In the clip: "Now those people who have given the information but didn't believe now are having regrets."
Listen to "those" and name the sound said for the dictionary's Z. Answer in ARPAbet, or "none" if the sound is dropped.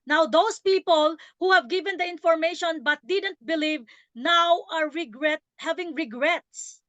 S